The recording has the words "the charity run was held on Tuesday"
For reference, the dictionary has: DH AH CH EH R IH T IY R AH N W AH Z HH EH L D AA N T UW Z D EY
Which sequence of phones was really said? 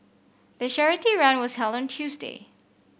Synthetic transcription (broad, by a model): DH AH SH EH R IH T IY R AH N W AH Z HH EH L D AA N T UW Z D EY